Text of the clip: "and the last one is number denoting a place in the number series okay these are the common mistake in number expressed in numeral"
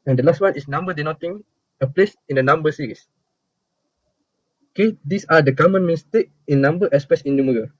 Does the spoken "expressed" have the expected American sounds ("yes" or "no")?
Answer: no